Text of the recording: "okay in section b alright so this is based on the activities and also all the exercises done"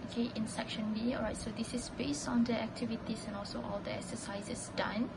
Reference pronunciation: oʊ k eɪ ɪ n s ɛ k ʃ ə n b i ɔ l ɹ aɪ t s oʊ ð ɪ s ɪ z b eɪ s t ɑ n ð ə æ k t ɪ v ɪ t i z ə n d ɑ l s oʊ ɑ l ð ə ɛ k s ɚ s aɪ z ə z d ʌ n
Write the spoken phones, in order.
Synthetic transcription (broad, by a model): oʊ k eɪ ɪ n s ɛ k ʃ ə n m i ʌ ɹ aɪ t s oʊ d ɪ s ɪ s b eɪ s t ɑ n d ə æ k t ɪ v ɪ t i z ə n ɑ l s oʊ ɑ l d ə ɛ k s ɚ s aɪ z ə s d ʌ n